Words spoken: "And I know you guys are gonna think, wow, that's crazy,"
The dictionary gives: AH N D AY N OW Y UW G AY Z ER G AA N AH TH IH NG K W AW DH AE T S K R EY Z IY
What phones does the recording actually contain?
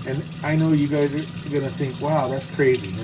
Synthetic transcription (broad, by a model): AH N AY N OW Y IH G AY Z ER G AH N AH TH IH NG K W AW DH AE T S K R EY Z IY